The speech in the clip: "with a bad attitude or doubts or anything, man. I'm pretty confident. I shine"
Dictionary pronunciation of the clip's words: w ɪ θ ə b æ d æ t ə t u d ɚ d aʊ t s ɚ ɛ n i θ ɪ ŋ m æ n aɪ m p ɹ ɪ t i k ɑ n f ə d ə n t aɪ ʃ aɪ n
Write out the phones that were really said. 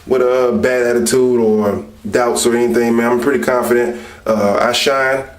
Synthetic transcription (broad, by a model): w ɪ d ə b æ d æ t ə t u d ɚ d aʊ t s ɚ ɛ n i θ ɪ ŋ m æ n aɪ m p ɹ ɪ t i k ɑ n f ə d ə n t aɪ ʃ aɪ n